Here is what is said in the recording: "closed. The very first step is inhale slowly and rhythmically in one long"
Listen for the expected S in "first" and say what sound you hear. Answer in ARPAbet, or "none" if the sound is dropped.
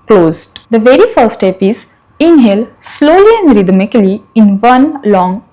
none